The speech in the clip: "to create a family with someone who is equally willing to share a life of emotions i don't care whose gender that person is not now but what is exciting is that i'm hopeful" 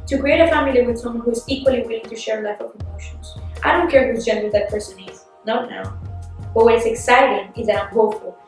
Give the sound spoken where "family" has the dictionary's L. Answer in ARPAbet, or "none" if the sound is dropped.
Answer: L